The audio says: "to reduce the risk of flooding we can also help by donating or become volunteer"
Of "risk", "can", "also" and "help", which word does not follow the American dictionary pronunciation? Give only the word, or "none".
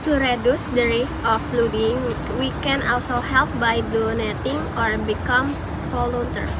risk